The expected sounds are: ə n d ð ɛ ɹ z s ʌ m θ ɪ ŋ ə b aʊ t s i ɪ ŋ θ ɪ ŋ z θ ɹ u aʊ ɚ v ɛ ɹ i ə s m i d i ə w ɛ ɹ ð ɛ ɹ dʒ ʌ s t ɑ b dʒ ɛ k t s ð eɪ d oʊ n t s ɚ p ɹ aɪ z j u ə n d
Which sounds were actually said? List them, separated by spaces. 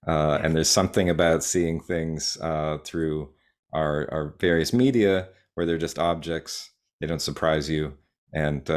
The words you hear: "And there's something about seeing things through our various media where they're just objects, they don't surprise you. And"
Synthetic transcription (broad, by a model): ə n ð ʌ ɹ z s ʌ m θ ɪ ŋ ə b aʊ t s i ɪ ŋ θ ɪ ŋ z θ ɹ u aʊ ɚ v ɛ ɹ i ə s m i d i ə w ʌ ɹ ð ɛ ɹ dʒ ʌ s t ɑ b dʒ ɛ k t s ð eɪ d oʊ n t s ɚ p ɹ aɪ z j u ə n